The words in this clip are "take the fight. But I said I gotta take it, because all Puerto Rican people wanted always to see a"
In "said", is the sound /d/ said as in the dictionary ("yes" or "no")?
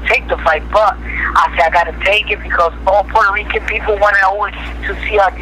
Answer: no